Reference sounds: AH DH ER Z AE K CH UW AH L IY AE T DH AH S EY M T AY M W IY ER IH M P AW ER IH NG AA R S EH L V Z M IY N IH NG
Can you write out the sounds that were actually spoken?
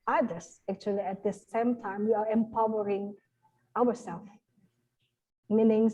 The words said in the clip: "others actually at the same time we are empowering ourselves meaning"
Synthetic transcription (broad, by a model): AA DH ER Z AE K CH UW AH L IY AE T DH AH S EY M T AY M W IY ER IH M P AW ER IH NG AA W S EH L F M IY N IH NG